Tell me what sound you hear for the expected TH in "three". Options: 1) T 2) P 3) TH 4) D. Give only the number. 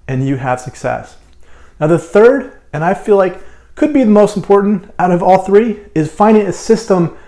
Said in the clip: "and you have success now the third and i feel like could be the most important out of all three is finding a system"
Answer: 3